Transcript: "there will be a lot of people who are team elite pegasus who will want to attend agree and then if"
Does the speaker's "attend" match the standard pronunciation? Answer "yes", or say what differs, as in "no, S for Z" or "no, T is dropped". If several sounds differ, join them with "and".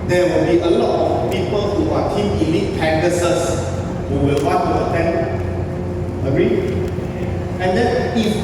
no, D is dropped